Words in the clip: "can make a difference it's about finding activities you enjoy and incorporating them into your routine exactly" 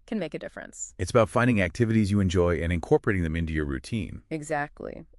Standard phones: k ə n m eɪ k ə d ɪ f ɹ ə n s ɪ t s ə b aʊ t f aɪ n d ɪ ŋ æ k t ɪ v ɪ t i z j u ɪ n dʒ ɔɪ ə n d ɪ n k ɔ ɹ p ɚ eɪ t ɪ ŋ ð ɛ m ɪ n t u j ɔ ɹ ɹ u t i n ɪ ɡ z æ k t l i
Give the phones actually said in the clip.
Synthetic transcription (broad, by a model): k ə n m eɪ k ə d ɪ f ɹ ə n s ɪ t s ə b aʊ t f aɪ n d ɪ ŋ æ k t ɪ v ɪ t i z j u ɪ n dʒ ɔɪ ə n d ɪ n k ɔ ɹ p ɚ eɪ t ɪ ŋ ð ɛ m ɪ n t u j ɔ ɹ ɹ u t i n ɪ ɡ z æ k t l i